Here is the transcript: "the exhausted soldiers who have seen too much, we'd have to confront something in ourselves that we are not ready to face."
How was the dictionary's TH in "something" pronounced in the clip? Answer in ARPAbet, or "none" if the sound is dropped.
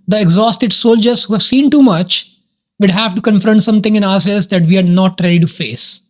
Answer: T